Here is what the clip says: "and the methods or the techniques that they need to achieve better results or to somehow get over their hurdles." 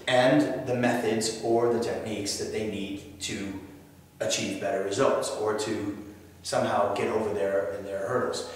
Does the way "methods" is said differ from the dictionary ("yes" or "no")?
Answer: no